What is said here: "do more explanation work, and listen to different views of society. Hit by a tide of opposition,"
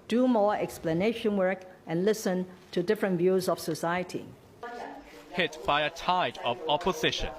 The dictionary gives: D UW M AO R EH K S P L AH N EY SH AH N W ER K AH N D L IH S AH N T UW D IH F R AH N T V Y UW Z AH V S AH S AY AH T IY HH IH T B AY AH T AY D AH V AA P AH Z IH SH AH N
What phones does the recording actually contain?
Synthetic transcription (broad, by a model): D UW M AO EH K S P L AH N EY SH AH N W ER K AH N L IH S AH N T UW D IH F R AH N T V Y UW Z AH F S AH S AY AH T IY HH IH T B AY AH T AY D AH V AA P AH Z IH SH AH N